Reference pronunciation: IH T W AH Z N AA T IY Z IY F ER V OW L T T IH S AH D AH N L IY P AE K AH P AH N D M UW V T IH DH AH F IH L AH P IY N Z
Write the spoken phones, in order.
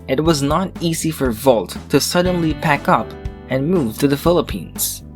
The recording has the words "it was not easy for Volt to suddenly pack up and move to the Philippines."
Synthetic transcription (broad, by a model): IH T W AH Z N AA T IY Z IY F ER V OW L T T IH S AH D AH N L IY P AE K AH P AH N M UW V T IH DH AH F IH L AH P IY N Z